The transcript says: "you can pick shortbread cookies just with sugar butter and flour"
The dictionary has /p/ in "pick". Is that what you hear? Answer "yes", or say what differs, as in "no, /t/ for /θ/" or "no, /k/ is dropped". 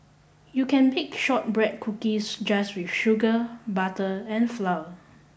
no, /b/ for /p/